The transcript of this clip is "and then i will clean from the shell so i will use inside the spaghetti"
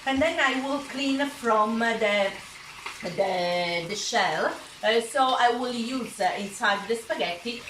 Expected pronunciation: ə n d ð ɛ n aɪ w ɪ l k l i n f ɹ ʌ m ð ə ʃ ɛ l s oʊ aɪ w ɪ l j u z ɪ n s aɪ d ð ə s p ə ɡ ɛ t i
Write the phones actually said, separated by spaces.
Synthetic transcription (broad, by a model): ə n ð ɛ n aɪ w ɪ l k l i n f ɹ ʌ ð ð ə ʃ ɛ l s oʊ aɪ w ɪ l j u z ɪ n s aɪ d ð ə s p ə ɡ ɛ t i